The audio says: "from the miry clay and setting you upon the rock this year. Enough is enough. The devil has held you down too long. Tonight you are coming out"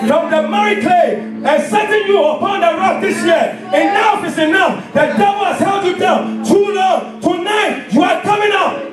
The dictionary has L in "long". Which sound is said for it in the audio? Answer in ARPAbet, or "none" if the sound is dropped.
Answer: N